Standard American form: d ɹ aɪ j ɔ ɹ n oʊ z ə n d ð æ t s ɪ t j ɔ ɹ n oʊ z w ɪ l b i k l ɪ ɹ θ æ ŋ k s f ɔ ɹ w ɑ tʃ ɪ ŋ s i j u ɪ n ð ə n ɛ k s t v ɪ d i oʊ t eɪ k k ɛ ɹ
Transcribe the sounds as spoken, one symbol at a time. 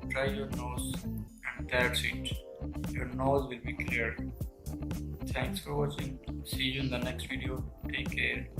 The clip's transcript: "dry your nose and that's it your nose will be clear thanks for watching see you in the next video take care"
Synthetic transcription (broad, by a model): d ɹ aɪ j ɔ ɹ n oʊ z ə n d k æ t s ɪ t j ɔ ɹ n oʊ z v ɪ l b i k l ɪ ɹ t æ ŋ k s f ɔ ɹ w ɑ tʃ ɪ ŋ s i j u ɪ n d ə n ɛ k s t v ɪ d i oʊ t eɪ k k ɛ ɹ